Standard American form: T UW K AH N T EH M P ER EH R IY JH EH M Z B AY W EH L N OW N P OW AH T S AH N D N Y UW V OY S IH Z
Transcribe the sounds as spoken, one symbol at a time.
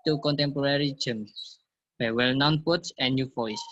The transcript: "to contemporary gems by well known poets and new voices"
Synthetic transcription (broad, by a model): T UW K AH N T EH M P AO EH R IY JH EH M S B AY W EH L N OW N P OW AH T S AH N N Y UW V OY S